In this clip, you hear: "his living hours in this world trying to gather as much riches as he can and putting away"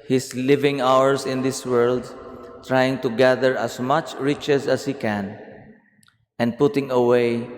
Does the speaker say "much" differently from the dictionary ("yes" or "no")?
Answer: no